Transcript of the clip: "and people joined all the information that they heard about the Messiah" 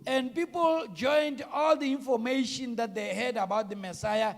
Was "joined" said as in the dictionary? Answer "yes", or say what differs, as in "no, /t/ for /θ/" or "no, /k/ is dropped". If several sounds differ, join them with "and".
yes